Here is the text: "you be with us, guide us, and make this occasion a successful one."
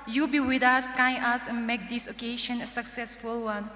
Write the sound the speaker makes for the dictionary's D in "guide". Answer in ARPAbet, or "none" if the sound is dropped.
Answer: none